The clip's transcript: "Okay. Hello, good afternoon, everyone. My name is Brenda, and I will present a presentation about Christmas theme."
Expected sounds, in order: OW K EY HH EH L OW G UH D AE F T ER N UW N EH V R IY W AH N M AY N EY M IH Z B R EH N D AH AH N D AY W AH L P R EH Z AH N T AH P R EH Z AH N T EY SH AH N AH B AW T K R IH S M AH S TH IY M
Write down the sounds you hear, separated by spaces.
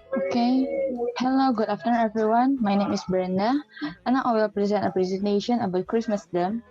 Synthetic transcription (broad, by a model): OW K EY HH EH L OW G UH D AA F T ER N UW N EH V R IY W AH N M AY N EY M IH S B EH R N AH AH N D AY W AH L P R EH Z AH N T AH P R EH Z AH N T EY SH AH N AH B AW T K R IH S M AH S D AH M